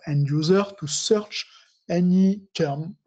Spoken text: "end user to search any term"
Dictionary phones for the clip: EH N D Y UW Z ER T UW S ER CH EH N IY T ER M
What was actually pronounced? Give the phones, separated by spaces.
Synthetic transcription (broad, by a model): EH N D Y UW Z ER T UW S ER CH EH N IY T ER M